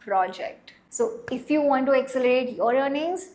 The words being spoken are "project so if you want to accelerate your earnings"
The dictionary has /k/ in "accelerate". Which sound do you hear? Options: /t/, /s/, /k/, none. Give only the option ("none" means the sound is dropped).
/k/